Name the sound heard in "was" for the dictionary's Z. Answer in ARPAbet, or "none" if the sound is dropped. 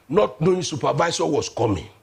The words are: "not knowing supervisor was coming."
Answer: S